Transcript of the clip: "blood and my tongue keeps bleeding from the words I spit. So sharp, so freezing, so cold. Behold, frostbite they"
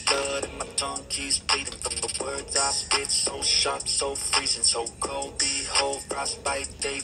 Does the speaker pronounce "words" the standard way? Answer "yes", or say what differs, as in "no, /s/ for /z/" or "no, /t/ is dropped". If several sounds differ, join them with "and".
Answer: yes